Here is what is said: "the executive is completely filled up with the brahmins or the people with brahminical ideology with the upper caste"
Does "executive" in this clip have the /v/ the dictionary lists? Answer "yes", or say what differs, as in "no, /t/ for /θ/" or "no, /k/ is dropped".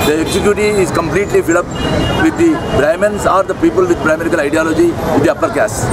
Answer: no, /v/ is dropped